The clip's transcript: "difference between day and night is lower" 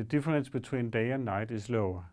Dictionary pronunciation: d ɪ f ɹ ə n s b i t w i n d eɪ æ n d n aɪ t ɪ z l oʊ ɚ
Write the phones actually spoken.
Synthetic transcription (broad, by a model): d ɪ f ɹ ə n s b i s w i n d eɪ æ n n aɪ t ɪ s l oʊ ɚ